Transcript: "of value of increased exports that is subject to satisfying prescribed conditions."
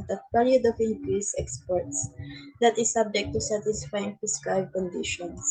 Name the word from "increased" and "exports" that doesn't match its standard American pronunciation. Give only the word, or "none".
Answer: increased